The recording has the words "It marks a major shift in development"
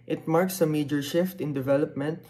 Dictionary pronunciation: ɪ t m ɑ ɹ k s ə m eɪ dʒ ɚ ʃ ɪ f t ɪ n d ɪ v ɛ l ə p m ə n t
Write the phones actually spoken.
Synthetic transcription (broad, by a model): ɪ t m ɑ ɹ k s ə m eɪ dʒ ɚ ʃ ɪ f t ɪ n d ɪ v ɛ l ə p m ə n t